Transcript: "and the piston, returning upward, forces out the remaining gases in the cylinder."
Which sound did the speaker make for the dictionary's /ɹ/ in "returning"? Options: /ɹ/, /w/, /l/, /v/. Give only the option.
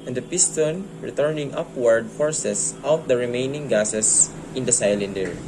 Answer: /ɹ/